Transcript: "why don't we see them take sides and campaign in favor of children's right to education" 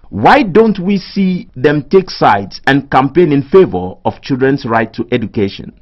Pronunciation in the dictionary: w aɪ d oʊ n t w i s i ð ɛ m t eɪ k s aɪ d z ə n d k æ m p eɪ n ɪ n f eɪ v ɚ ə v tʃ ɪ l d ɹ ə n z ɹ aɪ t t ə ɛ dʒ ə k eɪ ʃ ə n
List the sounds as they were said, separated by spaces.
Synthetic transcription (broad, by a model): w aɪ d oʊ n t w i s i ð ɛ m t eɪ k s aɪ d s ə n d k æ m p eɪ n ɪ n f eɪ v ɚ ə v tʃ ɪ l d ɹ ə n s ɹ aɪ t t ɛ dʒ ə k eɪ ʃ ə n